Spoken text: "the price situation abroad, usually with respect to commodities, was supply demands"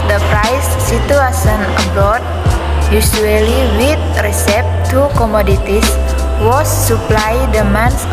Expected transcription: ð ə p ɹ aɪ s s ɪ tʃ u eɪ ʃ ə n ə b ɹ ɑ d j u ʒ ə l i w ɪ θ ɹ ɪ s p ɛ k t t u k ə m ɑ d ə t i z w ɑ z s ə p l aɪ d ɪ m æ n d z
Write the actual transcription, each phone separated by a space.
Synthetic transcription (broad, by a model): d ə p ɹ aɪ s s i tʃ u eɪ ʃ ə n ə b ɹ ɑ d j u s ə l i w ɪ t ɹ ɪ s ɛ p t t u k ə m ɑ d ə t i s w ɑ s ə p l aɪ d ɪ m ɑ n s